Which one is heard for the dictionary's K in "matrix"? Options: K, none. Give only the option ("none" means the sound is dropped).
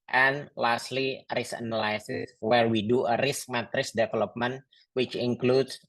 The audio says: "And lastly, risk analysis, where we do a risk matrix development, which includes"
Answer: none